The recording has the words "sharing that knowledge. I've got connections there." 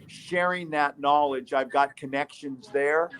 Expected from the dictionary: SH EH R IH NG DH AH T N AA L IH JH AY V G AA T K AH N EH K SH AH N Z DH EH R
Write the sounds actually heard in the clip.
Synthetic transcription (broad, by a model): SH EH R IH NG DH AH T N AA L IH JH AY V G AA T K AH N EH K SH AH N Z DH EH R